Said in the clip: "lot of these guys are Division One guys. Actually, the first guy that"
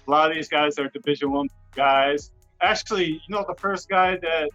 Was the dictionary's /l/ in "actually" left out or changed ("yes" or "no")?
yes